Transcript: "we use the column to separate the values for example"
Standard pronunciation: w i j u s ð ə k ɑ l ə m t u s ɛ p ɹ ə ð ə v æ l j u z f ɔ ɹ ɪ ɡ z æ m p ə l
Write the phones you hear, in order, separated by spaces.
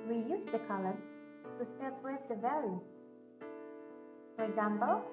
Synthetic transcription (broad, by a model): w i j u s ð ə k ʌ l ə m t u s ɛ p w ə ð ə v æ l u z f ɔ ɹ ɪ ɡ z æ m p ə l